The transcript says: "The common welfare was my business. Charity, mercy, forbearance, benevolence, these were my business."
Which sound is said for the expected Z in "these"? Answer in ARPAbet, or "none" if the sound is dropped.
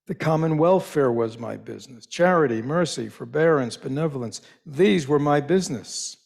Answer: Z